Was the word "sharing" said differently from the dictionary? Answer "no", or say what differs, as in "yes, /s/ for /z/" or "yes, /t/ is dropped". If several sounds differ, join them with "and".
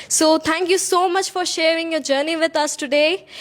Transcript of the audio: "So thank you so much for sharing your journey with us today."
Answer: no